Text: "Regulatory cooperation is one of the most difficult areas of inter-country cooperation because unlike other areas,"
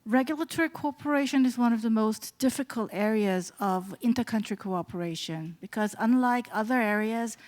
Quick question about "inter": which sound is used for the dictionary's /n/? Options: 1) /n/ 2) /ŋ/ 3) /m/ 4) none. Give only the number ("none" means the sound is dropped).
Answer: 1